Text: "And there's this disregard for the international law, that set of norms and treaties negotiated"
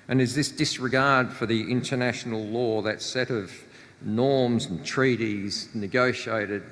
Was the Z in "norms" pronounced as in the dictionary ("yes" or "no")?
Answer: yes